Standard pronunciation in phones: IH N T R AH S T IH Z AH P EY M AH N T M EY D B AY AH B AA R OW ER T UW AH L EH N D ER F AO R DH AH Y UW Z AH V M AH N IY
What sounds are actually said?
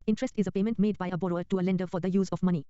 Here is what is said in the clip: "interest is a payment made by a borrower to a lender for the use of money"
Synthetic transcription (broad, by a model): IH N T R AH S T IH Z AH P EY M AH N T M EY D B AY AH B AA R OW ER T UW AH L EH N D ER F AO R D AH Y UW Z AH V M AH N IY